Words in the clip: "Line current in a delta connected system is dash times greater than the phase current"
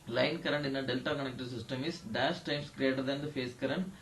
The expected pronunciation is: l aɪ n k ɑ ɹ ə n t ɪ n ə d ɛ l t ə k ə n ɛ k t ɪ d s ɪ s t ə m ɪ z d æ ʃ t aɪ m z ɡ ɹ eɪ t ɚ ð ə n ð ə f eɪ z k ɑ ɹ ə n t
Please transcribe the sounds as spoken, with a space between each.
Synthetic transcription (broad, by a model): l aɪ n k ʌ ɹ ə n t ɪ n ə d ɛ l t ə k ə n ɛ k t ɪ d s ɪ s t ə m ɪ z d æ s t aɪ m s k ɹ eɪ t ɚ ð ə n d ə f eɪ s k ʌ ɹ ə n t